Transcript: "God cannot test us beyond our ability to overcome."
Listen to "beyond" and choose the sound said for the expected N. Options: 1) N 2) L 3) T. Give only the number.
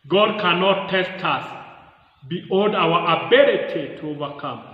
2